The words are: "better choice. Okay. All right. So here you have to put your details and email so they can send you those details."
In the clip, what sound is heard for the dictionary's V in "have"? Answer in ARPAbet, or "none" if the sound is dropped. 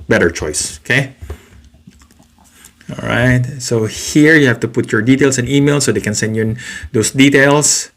F